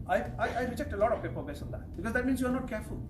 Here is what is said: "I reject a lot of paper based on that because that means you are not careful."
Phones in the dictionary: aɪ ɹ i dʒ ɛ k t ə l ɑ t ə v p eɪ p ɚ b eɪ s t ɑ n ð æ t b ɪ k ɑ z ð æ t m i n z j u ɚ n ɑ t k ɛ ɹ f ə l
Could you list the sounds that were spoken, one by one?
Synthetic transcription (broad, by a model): aɪ ɹ i dʒ ɛ k t ə l ɑ t ə v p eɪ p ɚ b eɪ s ɑ n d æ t b ɪ k ɑ z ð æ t m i n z j u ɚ n ɑ t k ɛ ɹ f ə l